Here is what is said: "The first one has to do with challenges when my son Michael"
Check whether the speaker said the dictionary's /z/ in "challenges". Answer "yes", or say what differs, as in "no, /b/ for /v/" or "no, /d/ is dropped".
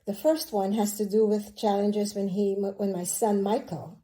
yes